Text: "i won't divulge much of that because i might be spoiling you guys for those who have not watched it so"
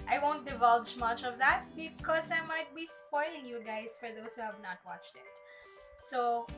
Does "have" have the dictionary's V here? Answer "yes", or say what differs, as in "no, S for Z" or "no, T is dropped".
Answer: yes